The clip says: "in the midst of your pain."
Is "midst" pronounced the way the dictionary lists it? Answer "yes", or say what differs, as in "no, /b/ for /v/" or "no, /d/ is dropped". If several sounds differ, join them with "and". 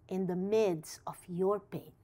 no, /t/ is dropped